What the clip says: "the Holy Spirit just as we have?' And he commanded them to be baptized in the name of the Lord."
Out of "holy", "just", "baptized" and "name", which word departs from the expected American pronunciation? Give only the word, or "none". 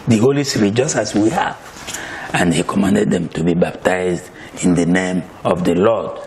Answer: none